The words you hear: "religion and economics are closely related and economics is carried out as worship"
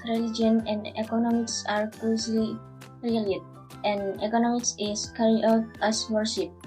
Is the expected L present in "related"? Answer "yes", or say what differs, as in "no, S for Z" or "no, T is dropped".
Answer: no, L is dropped